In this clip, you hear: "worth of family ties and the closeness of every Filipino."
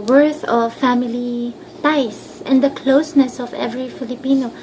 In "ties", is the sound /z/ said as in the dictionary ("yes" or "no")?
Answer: no